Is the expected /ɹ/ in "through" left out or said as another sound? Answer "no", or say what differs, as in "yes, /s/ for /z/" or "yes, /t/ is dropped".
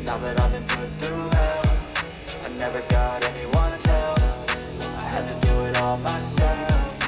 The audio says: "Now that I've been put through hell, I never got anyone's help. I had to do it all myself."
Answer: yes, /ɹ/ is dropped